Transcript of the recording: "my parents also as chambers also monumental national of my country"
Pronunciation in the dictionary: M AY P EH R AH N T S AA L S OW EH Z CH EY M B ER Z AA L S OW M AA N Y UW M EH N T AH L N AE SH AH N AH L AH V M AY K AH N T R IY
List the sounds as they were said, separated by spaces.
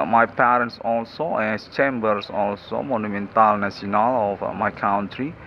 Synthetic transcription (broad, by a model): M AY P EH R AH N T S AA L S OW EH S CH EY M B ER S AA L S OW M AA N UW M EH N T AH L N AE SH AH N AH L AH F M AY K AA N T R IY